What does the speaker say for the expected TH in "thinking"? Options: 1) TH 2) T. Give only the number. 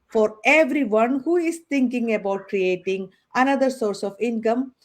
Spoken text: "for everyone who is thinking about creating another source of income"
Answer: 2